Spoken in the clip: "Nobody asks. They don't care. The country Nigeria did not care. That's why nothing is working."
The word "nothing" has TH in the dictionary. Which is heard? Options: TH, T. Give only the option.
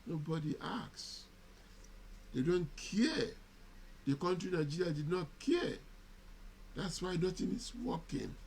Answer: T